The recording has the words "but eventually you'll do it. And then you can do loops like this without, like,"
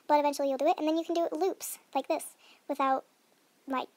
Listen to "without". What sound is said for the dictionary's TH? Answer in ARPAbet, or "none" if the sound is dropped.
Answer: TH